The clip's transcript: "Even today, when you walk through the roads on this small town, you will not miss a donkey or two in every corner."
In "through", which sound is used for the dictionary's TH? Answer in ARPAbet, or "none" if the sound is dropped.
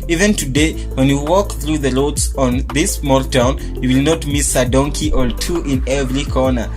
TH